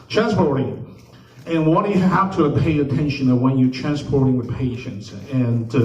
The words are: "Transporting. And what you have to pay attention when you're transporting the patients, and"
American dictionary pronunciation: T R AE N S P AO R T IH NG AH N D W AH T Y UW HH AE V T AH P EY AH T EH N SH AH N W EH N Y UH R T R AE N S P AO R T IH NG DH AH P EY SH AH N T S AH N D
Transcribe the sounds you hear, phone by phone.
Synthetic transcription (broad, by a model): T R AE N S P AO R T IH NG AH N W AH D Y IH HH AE F T AH P EY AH T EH N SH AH N W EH N Y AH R T R AE N S P AO R T IH NG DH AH P EY SH AH N T S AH N